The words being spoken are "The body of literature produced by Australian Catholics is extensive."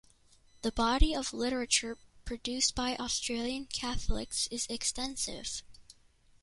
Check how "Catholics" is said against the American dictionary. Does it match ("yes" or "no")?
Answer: yes